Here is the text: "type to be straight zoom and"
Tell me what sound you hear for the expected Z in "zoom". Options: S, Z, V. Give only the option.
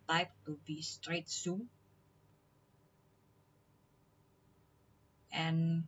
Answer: S